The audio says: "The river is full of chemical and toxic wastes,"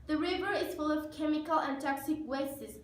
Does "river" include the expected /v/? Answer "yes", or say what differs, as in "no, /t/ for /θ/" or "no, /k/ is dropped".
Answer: yes